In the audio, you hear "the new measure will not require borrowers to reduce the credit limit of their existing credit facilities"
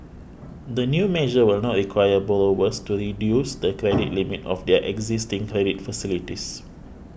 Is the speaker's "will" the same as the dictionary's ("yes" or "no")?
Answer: yes